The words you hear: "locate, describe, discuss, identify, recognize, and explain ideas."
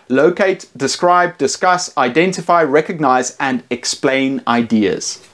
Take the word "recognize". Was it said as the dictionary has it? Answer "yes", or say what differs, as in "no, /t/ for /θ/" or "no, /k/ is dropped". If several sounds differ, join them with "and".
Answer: yes